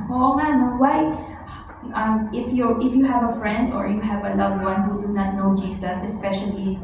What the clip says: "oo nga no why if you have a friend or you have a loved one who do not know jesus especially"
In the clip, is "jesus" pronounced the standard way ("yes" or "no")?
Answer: no